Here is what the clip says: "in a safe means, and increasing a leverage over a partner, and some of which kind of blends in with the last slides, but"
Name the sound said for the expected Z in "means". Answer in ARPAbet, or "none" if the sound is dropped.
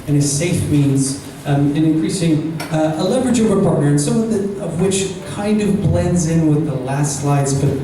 Z